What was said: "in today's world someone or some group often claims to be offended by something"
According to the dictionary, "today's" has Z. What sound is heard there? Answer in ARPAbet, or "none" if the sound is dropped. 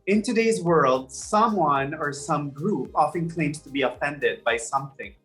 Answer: Z